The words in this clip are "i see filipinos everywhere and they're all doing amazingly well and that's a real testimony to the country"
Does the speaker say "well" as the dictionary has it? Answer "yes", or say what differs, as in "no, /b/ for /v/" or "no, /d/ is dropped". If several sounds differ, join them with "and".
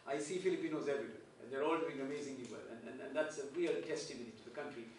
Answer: no, /n/ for /l/